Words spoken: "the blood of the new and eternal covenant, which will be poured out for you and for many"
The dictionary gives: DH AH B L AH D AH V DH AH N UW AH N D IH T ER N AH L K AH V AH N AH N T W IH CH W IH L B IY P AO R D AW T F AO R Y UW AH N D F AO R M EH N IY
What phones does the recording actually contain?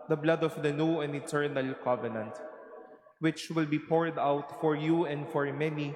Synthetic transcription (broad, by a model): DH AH B L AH D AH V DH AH N UW AH N D IH T ER N AH L K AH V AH N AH N T W IH CH W IH L B IY P AO R D AW T F AO R Y UW AH N D F AO R M EH N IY